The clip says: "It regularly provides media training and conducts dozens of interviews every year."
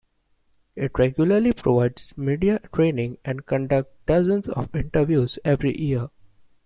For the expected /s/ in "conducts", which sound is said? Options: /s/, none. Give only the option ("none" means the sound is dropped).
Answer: none